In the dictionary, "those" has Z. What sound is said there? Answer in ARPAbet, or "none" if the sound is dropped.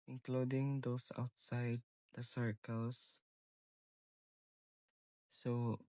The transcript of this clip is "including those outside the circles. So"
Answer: S